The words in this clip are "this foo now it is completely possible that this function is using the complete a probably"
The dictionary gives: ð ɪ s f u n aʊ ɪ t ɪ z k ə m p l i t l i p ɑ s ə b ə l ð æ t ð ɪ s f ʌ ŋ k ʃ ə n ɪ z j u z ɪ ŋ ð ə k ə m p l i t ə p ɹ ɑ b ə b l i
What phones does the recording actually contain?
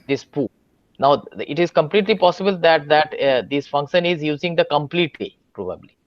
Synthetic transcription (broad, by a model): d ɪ s p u n aʊ ɪ t ɪ z k ə m p l i t l i p ɑ s ə b ə l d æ t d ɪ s f ʌ ŋ k ʃ ə n ɪ z j u z ɪ ŋ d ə k ə m p l i t ə p ɹ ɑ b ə b l i